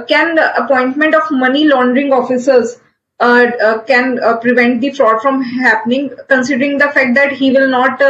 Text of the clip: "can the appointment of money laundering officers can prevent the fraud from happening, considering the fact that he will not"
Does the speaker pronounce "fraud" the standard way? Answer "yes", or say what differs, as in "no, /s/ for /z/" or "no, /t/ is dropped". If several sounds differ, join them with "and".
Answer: yes